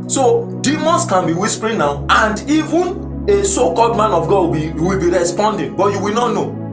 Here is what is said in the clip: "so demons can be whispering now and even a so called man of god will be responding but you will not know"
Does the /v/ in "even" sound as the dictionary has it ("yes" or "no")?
yes